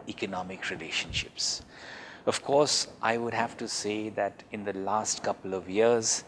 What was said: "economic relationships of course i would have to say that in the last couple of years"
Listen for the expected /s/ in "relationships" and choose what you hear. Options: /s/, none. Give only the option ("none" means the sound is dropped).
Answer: /s/